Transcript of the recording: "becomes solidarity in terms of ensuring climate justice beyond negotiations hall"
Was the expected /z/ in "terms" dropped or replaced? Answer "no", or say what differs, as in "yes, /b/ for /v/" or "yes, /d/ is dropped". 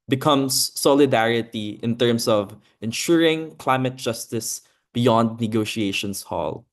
yes, /s/ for /z/